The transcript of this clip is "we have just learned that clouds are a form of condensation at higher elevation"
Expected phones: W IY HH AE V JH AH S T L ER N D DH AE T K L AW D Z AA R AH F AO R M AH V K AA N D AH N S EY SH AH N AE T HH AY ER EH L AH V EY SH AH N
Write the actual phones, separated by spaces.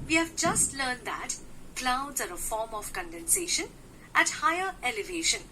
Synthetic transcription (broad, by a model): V IY HH AE V JH AH S T L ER N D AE T K L AW D Z AA R AH F AO R M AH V K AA N D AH N S EY SH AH N AE T HH AY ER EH L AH V EY SH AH N